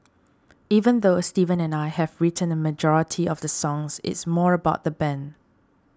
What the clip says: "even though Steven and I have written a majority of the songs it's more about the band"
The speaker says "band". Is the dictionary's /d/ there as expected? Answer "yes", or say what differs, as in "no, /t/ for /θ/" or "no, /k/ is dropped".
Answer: no, /d/ is dropped